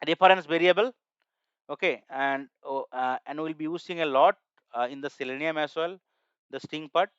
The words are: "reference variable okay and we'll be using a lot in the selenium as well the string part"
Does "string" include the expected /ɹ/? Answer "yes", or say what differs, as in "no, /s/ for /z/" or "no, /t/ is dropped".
no, /ɹ/ is dropped